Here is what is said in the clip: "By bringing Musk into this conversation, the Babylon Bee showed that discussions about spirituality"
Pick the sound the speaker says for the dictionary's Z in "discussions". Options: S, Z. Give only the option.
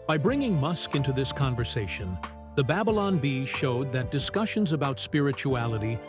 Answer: Z